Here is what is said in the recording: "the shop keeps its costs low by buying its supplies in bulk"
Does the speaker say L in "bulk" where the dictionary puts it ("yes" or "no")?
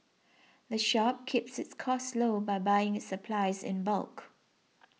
yes